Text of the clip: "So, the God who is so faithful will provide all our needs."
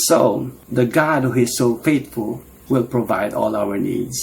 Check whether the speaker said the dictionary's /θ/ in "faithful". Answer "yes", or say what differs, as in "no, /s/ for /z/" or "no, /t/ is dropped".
no, /t/ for /θ/